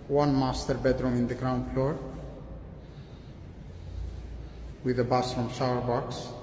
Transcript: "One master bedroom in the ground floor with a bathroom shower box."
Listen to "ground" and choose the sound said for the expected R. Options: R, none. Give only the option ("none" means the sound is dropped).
R